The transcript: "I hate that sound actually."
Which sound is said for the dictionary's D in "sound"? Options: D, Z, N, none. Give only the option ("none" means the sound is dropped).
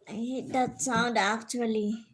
D